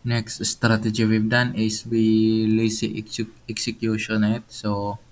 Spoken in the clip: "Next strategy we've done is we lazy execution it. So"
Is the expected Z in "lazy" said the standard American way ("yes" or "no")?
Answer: no